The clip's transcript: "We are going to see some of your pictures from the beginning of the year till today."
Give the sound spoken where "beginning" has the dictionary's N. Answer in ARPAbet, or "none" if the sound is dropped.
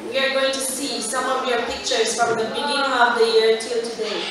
none